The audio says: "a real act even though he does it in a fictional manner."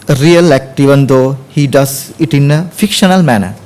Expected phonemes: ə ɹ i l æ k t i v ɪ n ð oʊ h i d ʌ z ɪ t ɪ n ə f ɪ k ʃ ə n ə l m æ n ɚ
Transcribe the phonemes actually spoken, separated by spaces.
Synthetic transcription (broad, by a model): ɹ i l æ k t i v ɪ n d oʊ h i d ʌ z ɪ t ɪ n ə f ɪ k ʃ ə n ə l m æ n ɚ